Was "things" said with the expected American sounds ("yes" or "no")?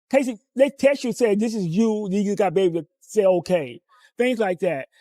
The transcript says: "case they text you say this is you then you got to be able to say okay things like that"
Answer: yes